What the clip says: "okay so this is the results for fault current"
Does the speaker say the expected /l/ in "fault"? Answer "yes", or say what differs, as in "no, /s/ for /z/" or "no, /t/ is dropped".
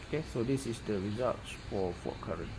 no, /l/ is dropped